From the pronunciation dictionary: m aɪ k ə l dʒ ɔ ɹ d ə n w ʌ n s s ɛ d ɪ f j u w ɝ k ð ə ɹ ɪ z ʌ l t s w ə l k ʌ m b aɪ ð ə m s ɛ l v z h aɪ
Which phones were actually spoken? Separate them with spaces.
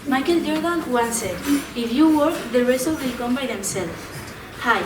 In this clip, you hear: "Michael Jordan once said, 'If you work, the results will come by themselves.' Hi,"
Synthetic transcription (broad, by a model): m aɪ k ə l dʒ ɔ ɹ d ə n w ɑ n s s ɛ ɪ f j u w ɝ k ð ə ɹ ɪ s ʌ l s w ə l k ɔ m b aɪ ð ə m s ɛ l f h aɪ